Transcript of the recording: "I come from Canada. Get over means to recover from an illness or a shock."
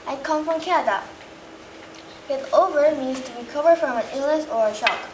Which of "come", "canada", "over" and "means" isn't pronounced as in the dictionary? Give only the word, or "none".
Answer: none